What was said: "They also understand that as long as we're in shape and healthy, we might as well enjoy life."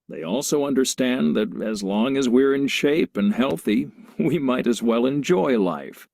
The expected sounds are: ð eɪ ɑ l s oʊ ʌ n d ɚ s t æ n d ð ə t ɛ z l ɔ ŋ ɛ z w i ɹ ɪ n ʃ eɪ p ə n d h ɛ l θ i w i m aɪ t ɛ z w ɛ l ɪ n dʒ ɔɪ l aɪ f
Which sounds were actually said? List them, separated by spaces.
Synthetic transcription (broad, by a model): ð eɪ ɑ l s oʊ ʌ n d ɚ s t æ n ð ə t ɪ z l ɔ ŋ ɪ z w i ɹ ɪ n ʃ eɪ p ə n h ɛ l θ i w i m aɪ t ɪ z w ɛ l ɪ n dʒ ɔɪ l aɪ f